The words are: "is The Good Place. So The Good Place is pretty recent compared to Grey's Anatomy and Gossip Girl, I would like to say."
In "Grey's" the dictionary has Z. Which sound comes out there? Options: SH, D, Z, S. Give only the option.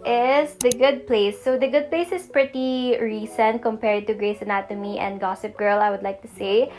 S